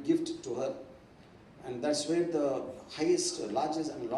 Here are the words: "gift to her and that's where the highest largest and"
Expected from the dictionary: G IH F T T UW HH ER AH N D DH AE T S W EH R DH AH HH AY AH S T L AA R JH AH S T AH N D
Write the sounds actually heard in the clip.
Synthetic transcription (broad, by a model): G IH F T T UW HH ER AH N D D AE T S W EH R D AH HH AY AH S T L AA R JH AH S AH N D